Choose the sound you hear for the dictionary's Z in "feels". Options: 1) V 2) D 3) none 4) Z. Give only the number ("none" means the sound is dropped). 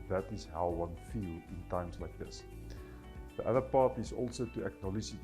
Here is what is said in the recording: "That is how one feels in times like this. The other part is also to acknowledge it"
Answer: 3